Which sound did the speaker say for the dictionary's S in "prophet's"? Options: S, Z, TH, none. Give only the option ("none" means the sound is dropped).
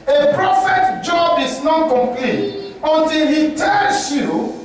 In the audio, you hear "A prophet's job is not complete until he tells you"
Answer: none